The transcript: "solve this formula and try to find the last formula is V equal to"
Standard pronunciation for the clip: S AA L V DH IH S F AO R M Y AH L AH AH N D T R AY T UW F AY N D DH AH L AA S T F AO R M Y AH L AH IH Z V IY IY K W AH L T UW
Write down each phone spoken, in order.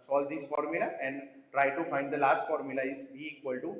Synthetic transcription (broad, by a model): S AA L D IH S F AO R M Y AH L AH AH N D T R AY T UW F AY N D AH L AA S T F AO R M Y AH L AH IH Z B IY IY K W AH L T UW